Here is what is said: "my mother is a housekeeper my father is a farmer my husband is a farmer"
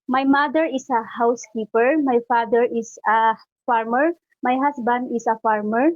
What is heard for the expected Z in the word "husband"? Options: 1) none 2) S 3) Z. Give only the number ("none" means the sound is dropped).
2